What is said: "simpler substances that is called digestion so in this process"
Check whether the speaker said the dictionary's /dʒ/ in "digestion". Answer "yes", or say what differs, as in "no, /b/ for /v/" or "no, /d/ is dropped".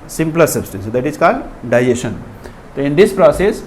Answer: no, /dʒ/ is dropped